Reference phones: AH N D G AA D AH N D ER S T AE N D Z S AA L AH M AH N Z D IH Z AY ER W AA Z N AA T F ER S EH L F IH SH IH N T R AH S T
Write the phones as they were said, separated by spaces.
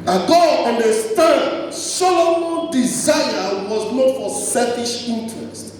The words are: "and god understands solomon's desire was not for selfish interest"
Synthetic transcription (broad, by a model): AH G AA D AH N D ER S T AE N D S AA L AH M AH N D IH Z AY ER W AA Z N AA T F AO S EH F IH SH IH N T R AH S T